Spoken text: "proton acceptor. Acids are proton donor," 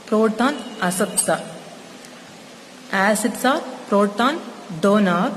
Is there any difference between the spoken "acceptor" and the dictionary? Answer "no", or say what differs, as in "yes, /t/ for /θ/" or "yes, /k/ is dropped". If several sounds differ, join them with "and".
yes, /k/ is dropped and /s/ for /t/